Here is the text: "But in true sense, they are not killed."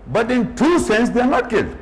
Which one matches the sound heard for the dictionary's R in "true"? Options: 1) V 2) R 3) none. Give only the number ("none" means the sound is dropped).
3